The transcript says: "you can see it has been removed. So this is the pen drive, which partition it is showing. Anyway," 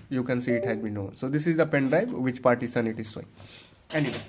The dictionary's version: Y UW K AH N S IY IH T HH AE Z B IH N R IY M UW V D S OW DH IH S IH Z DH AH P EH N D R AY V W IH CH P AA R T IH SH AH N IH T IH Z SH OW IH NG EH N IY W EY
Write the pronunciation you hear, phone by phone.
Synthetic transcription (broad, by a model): Y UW K AH N S IY IH T HH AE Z B IH N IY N S OW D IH S IH Z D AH P EH N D R AY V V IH CH P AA R T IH S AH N IH T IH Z S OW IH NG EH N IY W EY